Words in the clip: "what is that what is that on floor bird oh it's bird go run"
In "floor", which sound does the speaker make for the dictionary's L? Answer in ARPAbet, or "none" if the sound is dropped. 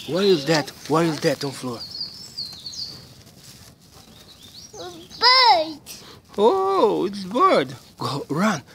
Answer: L